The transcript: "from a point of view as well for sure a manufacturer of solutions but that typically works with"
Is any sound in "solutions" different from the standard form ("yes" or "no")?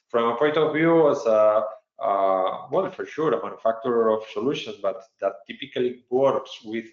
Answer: yes